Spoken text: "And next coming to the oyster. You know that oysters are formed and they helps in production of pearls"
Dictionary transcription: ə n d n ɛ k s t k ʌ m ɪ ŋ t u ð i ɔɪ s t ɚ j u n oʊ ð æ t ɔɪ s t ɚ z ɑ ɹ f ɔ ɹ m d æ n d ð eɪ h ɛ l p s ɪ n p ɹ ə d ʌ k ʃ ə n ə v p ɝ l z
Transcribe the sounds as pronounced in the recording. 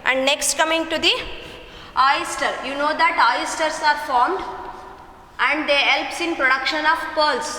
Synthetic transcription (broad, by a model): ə n d n ɛ k s t k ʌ m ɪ ŋ t u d i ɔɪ s t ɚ j u n oʊ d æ t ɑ s t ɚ s ɑ ɹ f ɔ ɹ m d æ n d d eɪ h ɛ l p s ɪ n p ɹ ə d ʌ k ʃ ə n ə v p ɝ l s